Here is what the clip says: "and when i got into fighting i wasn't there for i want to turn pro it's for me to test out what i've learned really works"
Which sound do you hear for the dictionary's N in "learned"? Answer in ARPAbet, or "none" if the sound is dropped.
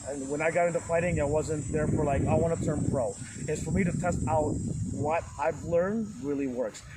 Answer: N